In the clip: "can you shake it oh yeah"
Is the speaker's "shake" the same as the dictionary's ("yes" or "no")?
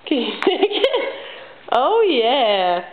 no